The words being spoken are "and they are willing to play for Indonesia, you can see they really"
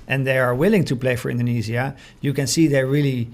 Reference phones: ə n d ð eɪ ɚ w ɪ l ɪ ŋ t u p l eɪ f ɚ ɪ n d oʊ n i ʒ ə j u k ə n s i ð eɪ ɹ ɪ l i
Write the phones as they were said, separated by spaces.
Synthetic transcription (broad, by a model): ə n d ð eɪ ɚ w ɪ l ɪ ŋ t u p l eɪ f ɚ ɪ n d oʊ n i z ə j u k ə n s i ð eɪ ɹ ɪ l i